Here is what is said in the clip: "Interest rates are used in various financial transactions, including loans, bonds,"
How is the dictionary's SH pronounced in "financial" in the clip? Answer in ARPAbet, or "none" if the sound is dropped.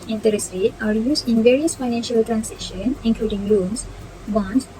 SH